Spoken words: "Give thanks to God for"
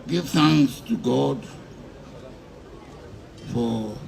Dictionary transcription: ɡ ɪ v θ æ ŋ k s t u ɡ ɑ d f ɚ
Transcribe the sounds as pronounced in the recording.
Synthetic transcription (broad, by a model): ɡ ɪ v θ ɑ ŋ s t u ɡ ɑ d f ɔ